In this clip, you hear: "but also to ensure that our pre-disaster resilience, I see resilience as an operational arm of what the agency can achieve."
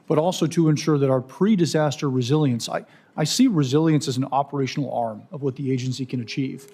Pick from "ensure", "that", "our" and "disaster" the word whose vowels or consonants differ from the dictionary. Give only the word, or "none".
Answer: none